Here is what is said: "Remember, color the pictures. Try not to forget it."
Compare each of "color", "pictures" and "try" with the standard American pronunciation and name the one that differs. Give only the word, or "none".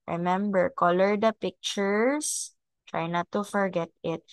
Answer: pictures